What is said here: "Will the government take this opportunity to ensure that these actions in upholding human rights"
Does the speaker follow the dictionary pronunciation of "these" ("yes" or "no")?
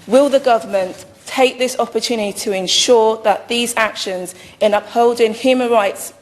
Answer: yes